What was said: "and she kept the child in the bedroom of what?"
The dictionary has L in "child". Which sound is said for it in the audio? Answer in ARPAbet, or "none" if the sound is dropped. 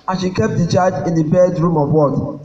none